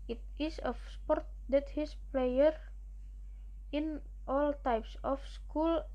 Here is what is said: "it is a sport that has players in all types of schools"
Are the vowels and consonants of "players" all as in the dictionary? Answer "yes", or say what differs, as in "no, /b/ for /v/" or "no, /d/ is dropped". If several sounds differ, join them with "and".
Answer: no, /z/ is dropped